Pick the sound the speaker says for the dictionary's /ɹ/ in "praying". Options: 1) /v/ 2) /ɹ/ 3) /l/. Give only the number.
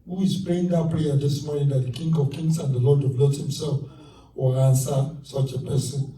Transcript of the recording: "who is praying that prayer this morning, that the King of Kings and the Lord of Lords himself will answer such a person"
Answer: 3